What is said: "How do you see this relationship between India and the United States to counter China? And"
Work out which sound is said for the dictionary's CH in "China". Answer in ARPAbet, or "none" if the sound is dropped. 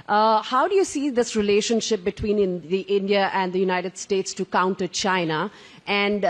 CH